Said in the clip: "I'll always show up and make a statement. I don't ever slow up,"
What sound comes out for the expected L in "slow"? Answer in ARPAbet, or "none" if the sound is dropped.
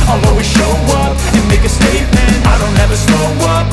N